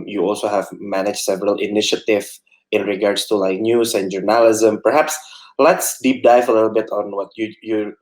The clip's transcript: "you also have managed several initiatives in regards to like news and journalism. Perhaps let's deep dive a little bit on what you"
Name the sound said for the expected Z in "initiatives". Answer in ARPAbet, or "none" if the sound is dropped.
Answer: none